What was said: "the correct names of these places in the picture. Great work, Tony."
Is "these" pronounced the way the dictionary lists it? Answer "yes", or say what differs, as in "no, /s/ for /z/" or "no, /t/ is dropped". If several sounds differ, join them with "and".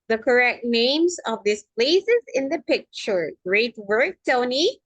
no, /s/ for /z/